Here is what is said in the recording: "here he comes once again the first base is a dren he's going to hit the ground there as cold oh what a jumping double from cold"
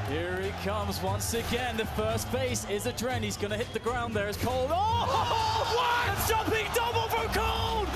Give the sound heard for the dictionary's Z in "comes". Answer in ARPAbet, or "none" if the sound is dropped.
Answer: Z